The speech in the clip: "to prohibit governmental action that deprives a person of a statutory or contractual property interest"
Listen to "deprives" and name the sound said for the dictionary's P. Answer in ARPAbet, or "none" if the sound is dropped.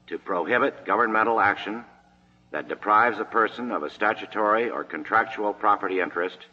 P